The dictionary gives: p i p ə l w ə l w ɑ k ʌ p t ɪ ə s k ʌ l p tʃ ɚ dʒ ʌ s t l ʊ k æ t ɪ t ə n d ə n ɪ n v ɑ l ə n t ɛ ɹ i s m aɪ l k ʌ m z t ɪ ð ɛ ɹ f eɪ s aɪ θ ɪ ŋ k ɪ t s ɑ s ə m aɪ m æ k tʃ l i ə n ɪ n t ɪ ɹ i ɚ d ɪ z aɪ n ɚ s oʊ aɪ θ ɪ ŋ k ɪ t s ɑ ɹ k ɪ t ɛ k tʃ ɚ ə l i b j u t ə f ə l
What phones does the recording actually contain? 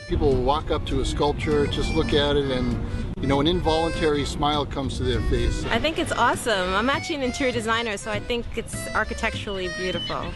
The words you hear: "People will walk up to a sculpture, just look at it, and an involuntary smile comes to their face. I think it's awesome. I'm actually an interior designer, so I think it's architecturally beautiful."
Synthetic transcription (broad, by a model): p i p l l w ɑ k ʌ p t ɪ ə s k ʌ l p tʃ ɚ dʒ ʌ s t l ʊ k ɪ t ɪ t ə n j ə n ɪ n v ɑ l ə n t ɛ ɹ i s m aɪ l k ʌ m z t ɪ ð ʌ ɹ f eɪ s aɪ θ ɪ ŋ k ɪ t s ɑ s ə m aɪ m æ tʃ i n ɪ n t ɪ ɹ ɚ d ɪ z aɪ n ɚ s oʊ aɪ θ ɪ ŋ k ɪ t s ɑ ɹ k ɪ t ɛ k tʃ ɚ l i b j u t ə f l